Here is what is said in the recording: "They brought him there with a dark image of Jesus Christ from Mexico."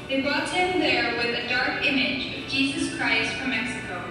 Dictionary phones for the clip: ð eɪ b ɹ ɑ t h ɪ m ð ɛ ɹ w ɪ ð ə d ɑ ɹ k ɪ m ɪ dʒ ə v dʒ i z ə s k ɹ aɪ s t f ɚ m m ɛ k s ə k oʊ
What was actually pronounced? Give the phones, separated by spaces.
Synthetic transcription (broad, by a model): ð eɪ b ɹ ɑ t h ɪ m ð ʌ ɹ w ɪ ð ə d ɑ ɹ k ɪ m ɪ dʒ ə v dʒ i z ə s k ɹ aɪ s t f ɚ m m ɛ k s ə k oʊ